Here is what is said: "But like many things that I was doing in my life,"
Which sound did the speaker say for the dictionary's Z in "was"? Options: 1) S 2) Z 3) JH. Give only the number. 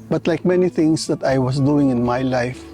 1